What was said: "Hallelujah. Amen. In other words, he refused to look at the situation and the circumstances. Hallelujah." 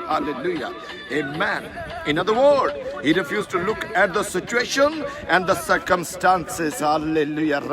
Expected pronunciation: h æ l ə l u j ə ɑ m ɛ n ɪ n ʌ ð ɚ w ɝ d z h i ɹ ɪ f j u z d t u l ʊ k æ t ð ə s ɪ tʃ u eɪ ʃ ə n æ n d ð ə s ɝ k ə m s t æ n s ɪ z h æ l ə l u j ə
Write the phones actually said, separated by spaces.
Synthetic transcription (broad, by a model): h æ l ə l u j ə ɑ m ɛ n ɪ n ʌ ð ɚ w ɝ d h i ɹ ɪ f j u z t u l ʊ k æ t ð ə s ɪ tʃ u eɪ ʃ ə n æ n d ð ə s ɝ k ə m s t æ n s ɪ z h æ l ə l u j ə